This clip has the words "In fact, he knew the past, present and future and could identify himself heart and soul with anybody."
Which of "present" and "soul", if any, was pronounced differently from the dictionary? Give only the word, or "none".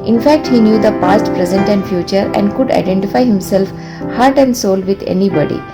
none